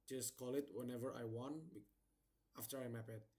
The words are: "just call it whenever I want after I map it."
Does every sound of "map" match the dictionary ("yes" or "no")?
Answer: yes